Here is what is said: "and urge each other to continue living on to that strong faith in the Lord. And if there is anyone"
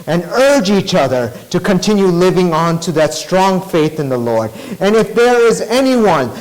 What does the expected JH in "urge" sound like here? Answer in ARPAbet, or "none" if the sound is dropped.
JH